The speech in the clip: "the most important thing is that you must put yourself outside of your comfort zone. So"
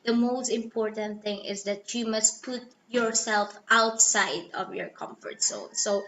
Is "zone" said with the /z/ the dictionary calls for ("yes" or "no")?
no